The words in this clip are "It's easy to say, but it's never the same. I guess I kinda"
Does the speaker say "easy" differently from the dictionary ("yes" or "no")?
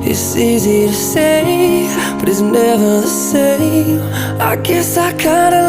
no